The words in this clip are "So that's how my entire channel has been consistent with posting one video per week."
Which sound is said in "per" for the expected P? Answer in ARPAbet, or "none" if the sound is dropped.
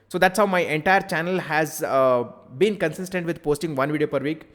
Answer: P